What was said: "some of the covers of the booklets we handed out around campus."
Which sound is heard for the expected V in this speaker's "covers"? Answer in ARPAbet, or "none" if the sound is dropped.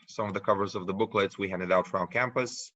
V